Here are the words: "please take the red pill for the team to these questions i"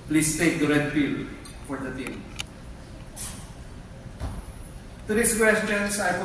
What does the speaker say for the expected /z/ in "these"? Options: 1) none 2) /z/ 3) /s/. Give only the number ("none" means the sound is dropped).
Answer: 3